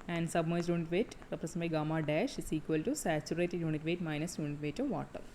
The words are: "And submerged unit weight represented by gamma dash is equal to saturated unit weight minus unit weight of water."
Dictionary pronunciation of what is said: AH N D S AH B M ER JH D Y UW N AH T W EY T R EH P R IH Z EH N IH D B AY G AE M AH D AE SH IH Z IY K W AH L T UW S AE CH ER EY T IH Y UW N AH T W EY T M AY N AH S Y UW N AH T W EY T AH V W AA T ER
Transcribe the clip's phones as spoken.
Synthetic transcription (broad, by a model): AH N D S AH B M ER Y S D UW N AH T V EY T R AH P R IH S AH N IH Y G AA M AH D AE SH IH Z IY K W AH L T UW S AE CH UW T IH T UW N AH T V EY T M AY N AH S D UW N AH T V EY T AH V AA T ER